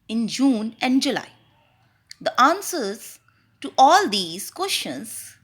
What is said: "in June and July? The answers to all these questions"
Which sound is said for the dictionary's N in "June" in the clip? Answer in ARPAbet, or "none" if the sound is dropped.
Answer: N